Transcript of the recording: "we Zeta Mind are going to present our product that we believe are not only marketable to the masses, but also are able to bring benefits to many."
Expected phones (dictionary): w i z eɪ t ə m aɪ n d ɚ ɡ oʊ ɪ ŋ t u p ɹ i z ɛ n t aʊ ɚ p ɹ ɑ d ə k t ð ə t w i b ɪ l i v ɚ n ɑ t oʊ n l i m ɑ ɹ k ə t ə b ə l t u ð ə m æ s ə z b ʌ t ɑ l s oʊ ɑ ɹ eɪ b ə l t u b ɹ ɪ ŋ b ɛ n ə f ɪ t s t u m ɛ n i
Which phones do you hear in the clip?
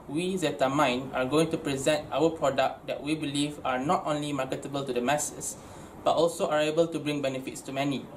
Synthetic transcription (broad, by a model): w i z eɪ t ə m aɪ n ɑ ɡ oʊ ɪ ŋ t u p ɹ i z ɛ n t aʊ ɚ p ɹ ɑ d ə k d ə t w i b ɪ l i v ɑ n ɑ t oʊ n l i m ɑ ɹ k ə t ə b ə l t u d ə m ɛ s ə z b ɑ t ɑ l s oʊ ɑ ɹ eɪ b ə l t u b ɹ ɪ ŋ b ɛ n ə f ɪ t s t u m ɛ n i